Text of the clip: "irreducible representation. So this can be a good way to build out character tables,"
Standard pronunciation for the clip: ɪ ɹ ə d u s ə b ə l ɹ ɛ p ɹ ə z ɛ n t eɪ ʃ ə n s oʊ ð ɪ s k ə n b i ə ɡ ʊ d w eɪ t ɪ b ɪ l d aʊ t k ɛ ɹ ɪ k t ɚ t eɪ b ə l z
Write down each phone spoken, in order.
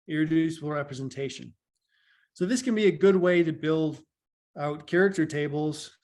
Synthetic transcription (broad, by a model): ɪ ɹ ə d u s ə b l ɹ ɛ p ɹ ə z n t eɪ ʃ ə n s oʊ ð ɪ s k ə n b i ə ɡ ʊ d w eɪ t ɪ b ɪ l d aʊ t k ɛ ɹ ɪ k t ɚ t eɪ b l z